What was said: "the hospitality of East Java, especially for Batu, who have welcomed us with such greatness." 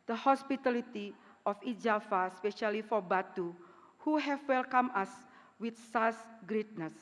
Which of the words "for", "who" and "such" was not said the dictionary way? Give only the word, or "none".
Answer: such